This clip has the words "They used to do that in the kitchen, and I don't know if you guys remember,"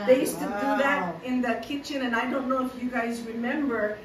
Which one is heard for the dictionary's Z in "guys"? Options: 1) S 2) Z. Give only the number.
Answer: 2